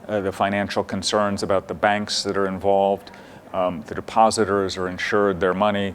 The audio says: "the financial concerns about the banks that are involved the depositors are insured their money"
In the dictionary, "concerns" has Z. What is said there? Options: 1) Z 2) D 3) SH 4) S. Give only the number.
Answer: 1